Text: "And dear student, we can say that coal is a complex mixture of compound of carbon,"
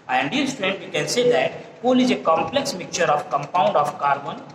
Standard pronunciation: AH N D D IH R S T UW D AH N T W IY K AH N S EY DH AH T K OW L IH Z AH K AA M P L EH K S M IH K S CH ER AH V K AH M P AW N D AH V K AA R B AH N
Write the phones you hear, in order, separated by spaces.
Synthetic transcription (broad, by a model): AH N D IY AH L S T UW D AH N T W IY K AH N S EY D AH T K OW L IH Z AH K AA M P L EH K S M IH K CH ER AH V K AH M P AW N D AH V K AA R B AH N